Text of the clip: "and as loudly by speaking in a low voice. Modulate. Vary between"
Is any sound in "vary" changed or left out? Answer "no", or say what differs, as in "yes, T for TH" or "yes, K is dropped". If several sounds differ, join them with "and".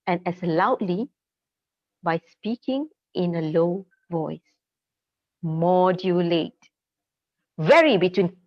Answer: no